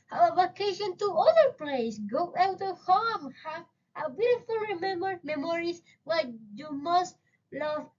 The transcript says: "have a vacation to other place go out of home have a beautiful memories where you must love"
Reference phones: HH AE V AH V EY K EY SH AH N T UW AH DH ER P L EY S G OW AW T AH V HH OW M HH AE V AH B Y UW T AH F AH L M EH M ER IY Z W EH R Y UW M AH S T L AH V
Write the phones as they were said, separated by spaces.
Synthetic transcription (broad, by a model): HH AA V AH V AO K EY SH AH N T UW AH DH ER P L EY S G OW AW T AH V HH OW M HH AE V AH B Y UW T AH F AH L M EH M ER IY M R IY W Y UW M AH S T L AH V